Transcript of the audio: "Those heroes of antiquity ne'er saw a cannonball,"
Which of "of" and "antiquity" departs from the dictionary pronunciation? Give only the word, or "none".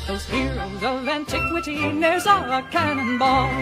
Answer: none